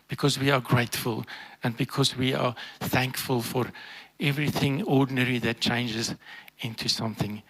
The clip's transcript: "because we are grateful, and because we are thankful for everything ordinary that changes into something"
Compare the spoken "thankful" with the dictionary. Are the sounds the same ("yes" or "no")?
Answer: yes